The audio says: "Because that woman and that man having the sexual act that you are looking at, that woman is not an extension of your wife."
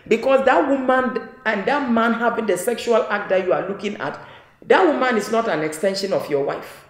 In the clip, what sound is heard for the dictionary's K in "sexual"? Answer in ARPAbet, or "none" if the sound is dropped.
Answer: K